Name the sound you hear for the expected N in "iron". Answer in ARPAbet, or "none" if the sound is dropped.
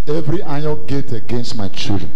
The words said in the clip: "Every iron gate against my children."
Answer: L